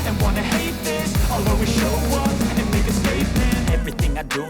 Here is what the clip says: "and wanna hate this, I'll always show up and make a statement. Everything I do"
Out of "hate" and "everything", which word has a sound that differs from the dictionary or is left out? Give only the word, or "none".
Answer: none